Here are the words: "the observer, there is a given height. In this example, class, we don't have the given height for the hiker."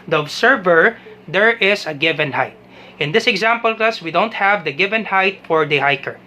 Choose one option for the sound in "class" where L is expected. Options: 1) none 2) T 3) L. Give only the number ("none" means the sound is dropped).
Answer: 1